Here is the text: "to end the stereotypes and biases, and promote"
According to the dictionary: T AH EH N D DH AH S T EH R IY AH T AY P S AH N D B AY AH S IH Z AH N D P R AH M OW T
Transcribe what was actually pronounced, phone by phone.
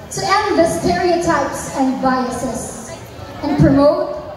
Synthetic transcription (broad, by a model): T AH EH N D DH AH S T EH R IY AH T AY P S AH N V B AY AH S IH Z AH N P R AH M OW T